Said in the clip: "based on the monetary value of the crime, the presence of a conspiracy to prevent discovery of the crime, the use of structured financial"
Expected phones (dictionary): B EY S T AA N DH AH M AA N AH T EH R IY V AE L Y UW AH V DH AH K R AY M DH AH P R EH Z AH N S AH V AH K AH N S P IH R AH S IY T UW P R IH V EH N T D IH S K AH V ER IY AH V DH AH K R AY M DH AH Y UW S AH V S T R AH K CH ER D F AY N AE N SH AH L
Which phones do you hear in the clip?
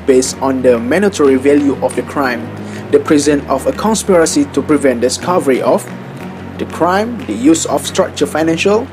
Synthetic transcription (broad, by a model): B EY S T AA N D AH M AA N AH T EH R IY V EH L Y UW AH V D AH K R AY M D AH P R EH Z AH N AH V AH K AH N S P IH R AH S IY T UW P R IH V EH N T D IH S K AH V ER IY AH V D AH K R AY M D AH Y UW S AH F S T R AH K CH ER F AY N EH N SH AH L